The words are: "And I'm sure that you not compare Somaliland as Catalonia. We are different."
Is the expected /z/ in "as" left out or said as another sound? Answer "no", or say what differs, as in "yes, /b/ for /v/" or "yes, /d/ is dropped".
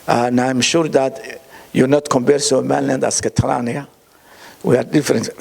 yes, /s/ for /z/